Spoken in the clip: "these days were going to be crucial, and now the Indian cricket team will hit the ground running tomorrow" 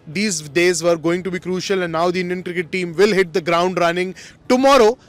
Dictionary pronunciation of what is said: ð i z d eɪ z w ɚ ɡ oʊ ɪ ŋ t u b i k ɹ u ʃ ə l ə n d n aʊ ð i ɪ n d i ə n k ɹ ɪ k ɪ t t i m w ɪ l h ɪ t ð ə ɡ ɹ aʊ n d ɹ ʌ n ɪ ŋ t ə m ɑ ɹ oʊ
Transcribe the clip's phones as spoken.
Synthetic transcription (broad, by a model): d i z d eɪ z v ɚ ɡ oʊ ɪ ŋ t u b i k ɹ u ʃ ə l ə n n aʊ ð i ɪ n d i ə n k ɹ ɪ k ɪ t t i m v ɪ l h ɪ t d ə ɡ ɹ aʊ n d ɹ ʌ n ɪ ŋ t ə m ɑ ɹ oʊ